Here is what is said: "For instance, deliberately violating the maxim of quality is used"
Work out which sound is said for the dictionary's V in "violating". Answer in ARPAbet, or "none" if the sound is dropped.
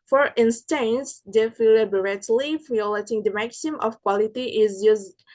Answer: F